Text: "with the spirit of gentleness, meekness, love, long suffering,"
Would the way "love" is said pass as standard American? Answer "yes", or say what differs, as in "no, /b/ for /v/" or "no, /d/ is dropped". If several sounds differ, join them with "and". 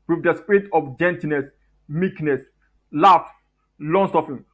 no, /f/ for /v/